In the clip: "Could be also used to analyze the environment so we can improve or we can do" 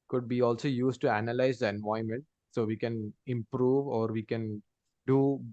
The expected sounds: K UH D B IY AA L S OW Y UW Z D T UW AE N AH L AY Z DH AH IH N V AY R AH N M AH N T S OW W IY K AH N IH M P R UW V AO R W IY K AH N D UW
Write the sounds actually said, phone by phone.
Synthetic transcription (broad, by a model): K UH D B IY AA L S OW Y UW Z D T UW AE N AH L AY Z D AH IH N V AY AH M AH N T S OW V IY K AH N IH M P R UW V AO R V IY K AH N D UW